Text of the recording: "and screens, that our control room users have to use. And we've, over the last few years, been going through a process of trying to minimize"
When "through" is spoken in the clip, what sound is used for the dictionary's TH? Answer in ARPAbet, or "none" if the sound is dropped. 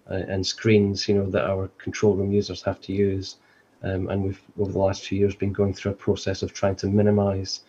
TH